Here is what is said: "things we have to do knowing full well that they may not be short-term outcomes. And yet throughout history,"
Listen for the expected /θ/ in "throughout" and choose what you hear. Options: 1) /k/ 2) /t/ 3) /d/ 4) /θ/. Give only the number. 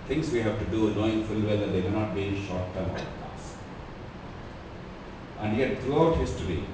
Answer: 2